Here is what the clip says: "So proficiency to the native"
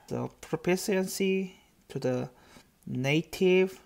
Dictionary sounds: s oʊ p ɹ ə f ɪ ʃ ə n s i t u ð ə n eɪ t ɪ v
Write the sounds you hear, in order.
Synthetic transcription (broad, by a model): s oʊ p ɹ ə p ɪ s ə n s i t u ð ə n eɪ t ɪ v